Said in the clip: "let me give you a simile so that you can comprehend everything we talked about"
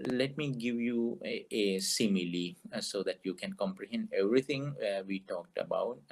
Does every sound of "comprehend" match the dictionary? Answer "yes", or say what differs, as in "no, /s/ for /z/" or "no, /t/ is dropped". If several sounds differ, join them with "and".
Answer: yes